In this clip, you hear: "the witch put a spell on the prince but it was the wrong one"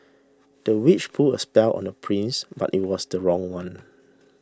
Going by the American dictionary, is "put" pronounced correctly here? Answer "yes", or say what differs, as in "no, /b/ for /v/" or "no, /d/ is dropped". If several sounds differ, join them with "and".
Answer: no, /t/ is dropped